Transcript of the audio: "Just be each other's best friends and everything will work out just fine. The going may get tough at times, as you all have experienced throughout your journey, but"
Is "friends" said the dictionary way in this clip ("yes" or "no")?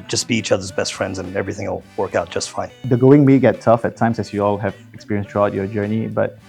yes